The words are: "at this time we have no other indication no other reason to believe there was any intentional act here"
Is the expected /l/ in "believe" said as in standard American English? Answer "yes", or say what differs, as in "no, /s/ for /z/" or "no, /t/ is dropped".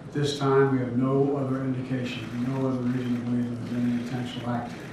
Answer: no, /l/ is dropped